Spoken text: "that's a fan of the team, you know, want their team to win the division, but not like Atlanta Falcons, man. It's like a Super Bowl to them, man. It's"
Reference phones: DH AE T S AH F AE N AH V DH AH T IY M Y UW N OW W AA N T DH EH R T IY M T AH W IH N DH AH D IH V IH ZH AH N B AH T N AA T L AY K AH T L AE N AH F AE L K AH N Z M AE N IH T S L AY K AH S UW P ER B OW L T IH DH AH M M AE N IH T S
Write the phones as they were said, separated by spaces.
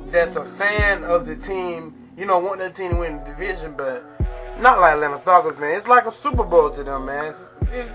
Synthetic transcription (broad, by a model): DH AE T S AH F AE N AH V DH AH T IY M Y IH N OW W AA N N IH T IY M W IH N D IH V IH ZH AH N B AH T N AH T L AY K L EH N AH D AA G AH Z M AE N IH T S L AY K AH S UW P ER B OW L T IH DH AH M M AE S